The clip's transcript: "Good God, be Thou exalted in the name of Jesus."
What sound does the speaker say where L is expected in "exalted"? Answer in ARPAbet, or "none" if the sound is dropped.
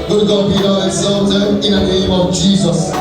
N